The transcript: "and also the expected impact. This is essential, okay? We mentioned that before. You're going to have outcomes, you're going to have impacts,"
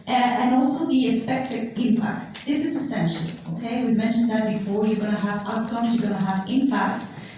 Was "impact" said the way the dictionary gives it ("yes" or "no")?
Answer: yes